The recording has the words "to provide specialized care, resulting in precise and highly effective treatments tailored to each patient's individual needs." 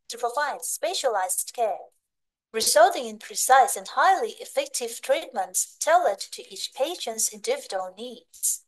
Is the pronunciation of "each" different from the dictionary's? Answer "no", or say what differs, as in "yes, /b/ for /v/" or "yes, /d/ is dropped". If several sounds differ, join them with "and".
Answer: no